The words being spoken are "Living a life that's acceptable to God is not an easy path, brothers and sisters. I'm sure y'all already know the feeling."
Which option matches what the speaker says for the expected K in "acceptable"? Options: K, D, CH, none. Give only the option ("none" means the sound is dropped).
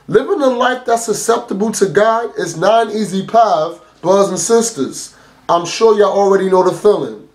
none